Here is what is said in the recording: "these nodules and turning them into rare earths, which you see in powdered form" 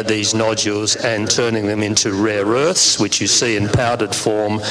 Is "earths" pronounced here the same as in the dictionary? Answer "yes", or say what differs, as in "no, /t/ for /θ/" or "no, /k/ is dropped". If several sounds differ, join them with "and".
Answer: yes